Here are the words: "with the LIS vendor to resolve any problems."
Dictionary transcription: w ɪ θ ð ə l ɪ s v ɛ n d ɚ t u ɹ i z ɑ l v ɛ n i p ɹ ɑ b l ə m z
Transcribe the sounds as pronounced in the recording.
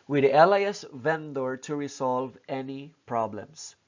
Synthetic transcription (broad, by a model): w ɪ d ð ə l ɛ s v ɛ n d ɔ t u ɹ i s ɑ l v ɛ n i p ɹ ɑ b l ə m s